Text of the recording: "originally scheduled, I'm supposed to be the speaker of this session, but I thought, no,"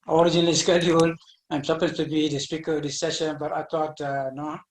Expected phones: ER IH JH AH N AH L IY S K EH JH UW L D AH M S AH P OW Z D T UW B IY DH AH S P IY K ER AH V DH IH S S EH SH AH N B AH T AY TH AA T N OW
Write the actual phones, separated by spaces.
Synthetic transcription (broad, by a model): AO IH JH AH N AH L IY S K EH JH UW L AH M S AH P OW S T UW B IY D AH S P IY K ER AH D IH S S EH SH AH N B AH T AY T AA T N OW